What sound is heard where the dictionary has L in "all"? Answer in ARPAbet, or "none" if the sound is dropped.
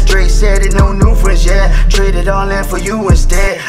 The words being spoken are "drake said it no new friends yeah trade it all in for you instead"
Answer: N